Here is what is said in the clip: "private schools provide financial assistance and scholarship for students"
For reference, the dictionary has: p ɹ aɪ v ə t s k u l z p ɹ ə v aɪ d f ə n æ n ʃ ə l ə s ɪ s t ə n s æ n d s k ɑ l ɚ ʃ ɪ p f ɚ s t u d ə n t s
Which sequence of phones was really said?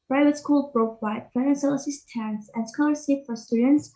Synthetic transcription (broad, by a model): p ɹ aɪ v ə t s k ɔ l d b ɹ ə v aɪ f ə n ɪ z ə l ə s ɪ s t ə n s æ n s k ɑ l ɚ s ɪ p f ɚ s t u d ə n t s